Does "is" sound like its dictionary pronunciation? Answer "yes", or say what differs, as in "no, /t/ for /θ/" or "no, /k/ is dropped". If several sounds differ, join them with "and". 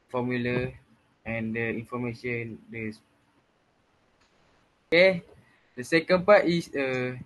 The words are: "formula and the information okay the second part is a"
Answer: no, /s/ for /z/